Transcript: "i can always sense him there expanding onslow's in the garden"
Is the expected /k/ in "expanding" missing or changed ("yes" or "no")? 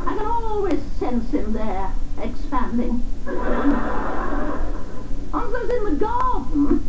no